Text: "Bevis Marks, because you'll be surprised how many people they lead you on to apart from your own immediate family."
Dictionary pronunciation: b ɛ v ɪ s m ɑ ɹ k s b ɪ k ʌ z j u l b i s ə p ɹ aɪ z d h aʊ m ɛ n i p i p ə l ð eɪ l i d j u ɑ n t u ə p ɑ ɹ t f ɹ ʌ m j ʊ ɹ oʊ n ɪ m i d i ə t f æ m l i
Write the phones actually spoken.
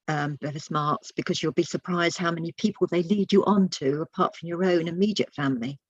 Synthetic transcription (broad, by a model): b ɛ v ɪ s m ɑ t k s b ɪ k ʌ z j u l b i s ə p ɹ aɪ z d h aʊ m ɛ n i p i p ə l ð eɪ l i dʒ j ɑ n t u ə p ɑ t f ɹ ʌ m j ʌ ɹ oʊ n ɪ m i d i ə t f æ m l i